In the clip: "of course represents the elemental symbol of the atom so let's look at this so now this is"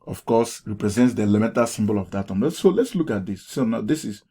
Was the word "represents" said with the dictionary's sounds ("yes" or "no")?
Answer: yes